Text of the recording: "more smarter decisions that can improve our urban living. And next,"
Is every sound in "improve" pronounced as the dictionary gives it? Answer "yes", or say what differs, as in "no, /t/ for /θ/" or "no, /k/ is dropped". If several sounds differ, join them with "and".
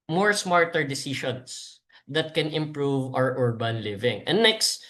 yes